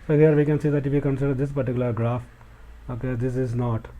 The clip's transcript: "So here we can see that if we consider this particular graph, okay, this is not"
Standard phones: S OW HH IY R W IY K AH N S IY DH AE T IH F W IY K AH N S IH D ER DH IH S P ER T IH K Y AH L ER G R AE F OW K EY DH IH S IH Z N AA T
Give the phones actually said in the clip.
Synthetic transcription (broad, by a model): S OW HH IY R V IY K AH N S IY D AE T IH F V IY K AH N S IH D ER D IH S P ER T IH K Y AH L ER G R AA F OW K EY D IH S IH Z N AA T